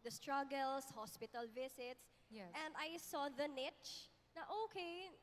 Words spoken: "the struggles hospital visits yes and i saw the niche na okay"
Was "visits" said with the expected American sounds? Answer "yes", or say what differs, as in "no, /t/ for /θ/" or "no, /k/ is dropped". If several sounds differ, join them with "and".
no, /s/ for /z/